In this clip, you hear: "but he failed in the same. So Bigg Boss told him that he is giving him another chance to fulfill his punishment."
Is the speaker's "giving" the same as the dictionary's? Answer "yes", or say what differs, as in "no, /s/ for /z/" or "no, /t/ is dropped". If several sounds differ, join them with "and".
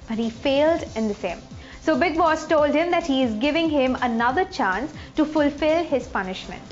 yes